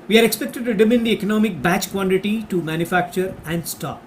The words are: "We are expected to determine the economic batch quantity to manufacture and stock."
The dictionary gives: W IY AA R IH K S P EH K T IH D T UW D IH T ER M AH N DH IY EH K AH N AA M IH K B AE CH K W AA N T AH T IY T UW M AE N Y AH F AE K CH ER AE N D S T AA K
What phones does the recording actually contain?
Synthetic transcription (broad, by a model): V IY AA R IH K S P EH K T IH D T UW D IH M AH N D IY EH K AH N AA M IH K B AE CH K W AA N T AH T IY T UW M AE N Y AH F AE K CH ER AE N D S T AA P